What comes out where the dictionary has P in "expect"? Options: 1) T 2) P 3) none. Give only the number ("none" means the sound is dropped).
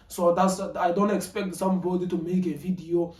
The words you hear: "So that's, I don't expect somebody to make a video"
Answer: 2